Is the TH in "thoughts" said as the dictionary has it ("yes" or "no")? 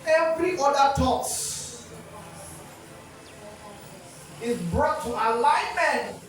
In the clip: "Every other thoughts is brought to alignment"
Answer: no